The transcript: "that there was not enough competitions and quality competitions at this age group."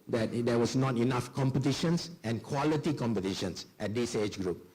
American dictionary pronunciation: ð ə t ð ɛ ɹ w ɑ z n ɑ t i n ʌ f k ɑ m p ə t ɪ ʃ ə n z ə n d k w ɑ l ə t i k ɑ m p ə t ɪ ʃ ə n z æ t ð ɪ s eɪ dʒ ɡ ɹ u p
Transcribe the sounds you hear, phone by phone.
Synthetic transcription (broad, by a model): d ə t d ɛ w ɑ s n ɑ t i n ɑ f k ɑ m p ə t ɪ ʃ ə n s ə n k w ɑ l ə t i k ɑ m p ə t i ʃ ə n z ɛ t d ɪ s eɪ tʃ ɡ ɹ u p